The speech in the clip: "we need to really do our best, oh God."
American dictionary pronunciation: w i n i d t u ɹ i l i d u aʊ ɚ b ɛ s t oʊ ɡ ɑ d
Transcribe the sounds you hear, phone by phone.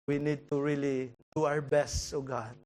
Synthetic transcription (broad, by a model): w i n i d t u ɹ i l i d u aʊ ɚ b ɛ s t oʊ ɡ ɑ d